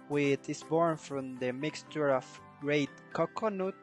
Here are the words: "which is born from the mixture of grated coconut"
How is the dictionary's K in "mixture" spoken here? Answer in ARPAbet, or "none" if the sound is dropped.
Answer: K